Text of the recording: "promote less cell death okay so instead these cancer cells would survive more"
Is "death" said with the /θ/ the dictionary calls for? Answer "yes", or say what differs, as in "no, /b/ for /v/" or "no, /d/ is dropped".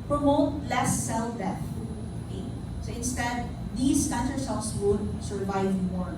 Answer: no, /t/ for /θ/